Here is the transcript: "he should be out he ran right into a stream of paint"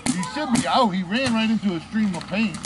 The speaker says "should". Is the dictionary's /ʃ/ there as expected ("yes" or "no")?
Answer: no